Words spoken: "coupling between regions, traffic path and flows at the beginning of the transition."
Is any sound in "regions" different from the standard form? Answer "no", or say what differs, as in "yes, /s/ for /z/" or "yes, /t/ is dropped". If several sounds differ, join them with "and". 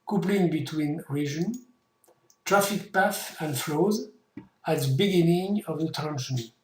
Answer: yes, /z/ is dropped